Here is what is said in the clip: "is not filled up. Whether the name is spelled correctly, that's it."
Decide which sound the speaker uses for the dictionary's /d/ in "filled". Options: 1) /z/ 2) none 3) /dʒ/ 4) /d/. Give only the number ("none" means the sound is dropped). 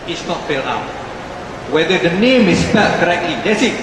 2